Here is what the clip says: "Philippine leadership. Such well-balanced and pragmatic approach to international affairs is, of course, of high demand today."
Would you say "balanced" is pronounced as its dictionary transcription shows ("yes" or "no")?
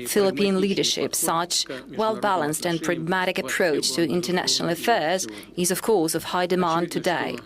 yes